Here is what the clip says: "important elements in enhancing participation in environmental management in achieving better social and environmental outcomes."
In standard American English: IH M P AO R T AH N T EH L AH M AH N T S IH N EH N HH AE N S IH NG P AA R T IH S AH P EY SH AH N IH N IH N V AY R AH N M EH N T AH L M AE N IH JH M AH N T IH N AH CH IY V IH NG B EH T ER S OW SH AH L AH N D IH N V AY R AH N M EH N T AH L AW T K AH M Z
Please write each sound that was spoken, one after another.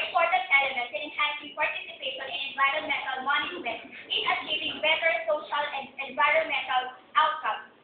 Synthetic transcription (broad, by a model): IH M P AO R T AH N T EH L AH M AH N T IH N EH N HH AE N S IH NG P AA R T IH S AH P EY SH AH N IH N IH N V AY R AH N M EH N T AH L M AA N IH M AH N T IH N AH CH IY V IH NG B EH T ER S OW SH AH L AH N D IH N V AY R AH N M EH N T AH L AW T K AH M